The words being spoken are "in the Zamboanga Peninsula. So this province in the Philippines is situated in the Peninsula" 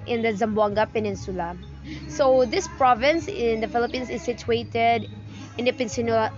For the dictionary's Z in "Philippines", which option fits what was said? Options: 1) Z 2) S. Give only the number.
2